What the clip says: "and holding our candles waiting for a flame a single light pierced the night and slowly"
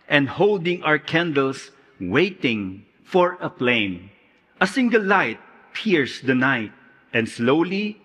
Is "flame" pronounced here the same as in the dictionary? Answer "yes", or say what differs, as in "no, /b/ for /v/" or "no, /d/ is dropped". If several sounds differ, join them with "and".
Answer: no, /p/ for /f/